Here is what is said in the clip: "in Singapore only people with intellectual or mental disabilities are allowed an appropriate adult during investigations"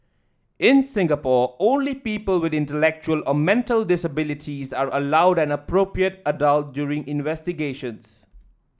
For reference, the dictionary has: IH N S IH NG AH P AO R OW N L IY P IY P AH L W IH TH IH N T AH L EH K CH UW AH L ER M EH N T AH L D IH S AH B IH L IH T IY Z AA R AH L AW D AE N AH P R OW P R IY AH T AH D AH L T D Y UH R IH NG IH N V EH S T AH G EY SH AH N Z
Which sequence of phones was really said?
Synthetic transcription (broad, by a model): IH N S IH NG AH P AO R OW N L IY P IY P AH L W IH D IH N T AH L EH K CH UW AH L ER M EH N T AH L D IH S AH B IH L IH T IY Z AA R AH L AW D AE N AH P R OW P R IY AH T AH D AH L T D Y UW R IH NG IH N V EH S T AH G EY SH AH N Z